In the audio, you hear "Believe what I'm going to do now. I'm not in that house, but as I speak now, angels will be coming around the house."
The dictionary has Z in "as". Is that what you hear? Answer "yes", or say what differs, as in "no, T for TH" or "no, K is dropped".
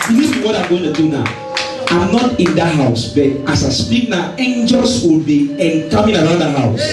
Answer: no, S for Z